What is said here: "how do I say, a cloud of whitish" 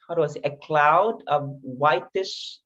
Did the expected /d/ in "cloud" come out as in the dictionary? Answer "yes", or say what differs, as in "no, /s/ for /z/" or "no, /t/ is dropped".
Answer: yes